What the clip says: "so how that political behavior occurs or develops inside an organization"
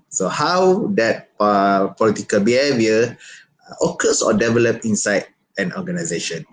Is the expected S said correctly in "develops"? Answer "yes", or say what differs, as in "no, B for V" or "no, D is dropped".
no, S is dropped